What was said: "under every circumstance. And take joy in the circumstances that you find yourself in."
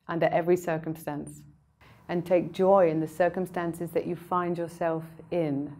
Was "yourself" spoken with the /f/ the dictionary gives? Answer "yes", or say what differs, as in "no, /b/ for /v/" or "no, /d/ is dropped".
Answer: yes